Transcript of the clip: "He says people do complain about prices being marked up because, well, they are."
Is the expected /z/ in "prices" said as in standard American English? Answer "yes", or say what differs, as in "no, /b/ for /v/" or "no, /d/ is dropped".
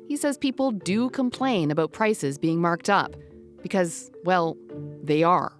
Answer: yes